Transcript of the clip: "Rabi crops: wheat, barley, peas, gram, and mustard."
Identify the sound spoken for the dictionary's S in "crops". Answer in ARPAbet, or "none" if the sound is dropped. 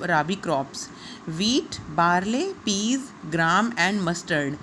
S